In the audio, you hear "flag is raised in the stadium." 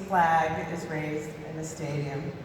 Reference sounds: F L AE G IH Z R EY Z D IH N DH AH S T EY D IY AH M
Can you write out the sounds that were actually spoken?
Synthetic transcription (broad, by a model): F L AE G IH Z R EY Z D IH N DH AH S T EY D IY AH M